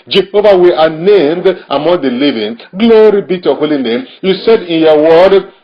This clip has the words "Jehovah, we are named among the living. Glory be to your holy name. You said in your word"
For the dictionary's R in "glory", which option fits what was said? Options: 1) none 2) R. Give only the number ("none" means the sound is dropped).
2